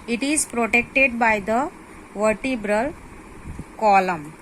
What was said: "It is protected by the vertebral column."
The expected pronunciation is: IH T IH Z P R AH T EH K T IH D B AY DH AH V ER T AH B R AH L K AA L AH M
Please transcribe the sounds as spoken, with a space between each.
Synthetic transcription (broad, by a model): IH T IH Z P R AH T EH K T IH D B AY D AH V ER T AH B R AH L K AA L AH M